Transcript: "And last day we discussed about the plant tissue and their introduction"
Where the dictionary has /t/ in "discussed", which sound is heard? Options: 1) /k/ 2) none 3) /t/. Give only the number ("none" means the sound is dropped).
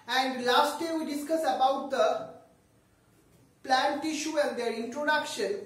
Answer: 2